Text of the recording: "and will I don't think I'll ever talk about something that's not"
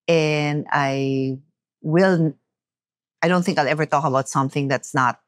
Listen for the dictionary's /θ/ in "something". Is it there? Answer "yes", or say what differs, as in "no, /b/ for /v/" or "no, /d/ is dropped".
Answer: yes